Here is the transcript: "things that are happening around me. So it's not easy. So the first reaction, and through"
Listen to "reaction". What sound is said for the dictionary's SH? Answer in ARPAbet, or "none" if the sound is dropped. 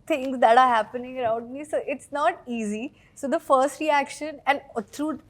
SH